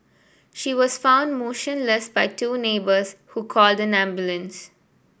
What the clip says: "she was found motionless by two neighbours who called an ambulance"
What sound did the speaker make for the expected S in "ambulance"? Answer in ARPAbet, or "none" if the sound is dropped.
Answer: S